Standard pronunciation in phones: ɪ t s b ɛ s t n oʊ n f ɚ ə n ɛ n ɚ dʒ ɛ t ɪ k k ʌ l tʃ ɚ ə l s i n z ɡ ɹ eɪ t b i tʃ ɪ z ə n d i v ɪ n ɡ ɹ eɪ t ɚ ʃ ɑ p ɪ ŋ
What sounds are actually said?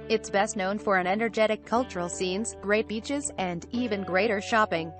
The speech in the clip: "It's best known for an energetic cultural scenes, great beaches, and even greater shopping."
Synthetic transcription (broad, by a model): ɪ t s b ɛ s t n oʊ n f ɚ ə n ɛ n ɚ dʒ ɛ t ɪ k k ʌ l tʃ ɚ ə l s i n z ɡ ɹ eɪ t b i tʃ ɪ z ə n d i v ɪ n ɡ ɹ eɪ t ɚ ʃ ɑ p ɪ ŋ